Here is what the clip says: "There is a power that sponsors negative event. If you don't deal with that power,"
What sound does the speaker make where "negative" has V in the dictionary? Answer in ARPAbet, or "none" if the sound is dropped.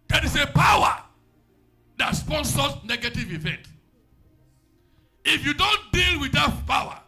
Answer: V